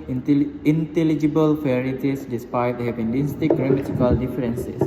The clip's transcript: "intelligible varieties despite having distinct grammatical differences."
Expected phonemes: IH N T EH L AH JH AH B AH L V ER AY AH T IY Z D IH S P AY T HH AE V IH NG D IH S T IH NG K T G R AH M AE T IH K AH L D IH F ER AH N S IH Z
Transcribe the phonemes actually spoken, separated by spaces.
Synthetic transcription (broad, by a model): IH N T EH L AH JH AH B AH L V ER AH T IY S D IH S P AY T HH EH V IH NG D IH S T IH K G R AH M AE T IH K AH L D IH F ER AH N S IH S